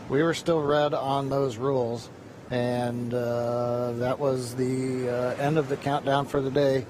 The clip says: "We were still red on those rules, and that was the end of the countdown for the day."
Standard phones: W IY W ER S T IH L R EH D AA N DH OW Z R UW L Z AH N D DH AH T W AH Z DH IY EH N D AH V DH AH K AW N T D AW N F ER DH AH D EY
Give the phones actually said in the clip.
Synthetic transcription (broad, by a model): W IY W ER S T IH L R EH D N DH OW Z R UW L Z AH N DH AH T W AH Z DH IY EH N D AH V DH AH K AW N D AW N F ER DH AH D EY